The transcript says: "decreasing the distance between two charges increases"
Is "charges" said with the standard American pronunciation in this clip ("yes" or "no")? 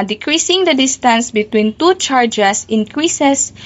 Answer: no